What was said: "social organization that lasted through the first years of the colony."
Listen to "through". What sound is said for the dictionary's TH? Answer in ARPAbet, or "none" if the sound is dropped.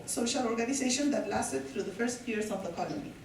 T